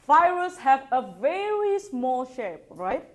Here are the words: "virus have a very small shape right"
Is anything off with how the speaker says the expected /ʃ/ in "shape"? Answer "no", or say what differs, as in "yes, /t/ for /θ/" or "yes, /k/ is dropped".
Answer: no